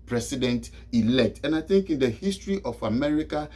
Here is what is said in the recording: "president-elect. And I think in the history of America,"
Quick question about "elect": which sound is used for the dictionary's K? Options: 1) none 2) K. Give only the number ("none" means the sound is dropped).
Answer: 2